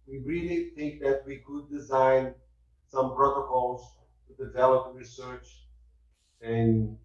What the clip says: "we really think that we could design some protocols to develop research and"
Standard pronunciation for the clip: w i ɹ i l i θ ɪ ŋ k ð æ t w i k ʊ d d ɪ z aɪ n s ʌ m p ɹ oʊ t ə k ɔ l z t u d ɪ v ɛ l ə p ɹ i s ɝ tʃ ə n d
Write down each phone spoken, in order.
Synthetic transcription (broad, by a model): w i ɹ i l i θ ɪ ŋ k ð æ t w i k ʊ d d ɪ z aɪ n s ʌ m p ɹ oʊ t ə k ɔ l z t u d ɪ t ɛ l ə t ɹ i s ɝ tʃ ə n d